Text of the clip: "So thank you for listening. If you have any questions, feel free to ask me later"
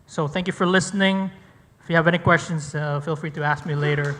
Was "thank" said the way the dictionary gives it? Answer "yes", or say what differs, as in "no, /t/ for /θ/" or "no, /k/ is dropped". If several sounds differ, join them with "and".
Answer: yes